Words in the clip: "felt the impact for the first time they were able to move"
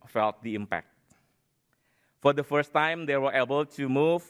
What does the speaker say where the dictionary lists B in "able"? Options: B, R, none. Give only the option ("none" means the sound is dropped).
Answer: B